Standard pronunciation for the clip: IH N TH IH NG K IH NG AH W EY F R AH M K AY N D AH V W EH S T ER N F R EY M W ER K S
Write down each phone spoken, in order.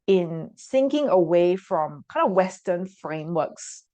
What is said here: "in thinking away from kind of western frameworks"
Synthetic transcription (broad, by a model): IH N S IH NG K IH NG AH W EY F R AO M K AY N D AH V W EH S T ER N F R EY M W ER K S